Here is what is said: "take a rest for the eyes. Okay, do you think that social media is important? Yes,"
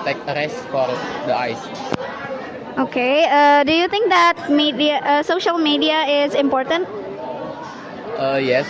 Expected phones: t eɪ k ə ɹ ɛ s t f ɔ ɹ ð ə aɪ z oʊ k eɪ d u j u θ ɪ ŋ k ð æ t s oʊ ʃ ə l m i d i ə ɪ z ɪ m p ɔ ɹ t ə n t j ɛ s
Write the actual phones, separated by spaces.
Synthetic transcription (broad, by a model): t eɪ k ə ɹ ɛ s t f ɔ ɹ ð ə aɪ s oʊ k eɪ d u j u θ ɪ ŋ k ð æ t s oʊ ʃ ə l m i d i ə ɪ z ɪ m p ɔ ɹ t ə n t j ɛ s